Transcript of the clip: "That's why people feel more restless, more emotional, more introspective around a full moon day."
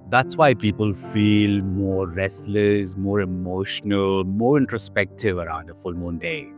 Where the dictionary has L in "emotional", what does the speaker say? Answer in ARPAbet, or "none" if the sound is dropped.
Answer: L